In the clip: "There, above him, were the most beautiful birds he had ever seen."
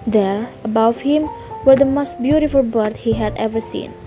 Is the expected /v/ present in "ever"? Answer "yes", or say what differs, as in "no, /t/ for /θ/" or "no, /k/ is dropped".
yes